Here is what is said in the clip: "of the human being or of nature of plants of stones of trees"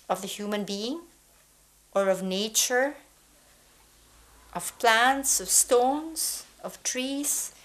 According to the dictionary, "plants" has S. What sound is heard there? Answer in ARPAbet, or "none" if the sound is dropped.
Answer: S